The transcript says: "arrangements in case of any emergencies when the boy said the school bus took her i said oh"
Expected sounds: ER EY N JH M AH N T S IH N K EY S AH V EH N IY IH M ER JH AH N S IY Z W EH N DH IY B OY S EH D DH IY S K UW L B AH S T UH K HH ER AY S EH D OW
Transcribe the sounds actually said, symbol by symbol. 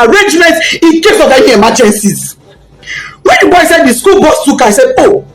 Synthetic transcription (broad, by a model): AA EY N JH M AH N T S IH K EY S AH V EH IY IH M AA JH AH N S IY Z W EH N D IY B OY S EH D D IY S K UW L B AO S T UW K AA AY S EH D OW